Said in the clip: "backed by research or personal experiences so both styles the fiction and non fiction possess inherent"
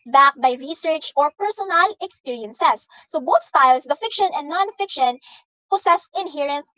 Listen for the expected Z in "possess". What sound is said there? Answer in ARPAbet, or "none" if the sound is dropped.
S